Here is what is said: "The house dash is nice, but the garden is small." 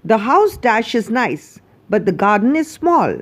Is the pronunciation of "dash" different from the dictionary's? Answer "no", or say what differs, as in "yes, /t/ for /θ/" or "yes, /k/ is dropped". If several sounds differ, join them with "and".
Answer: no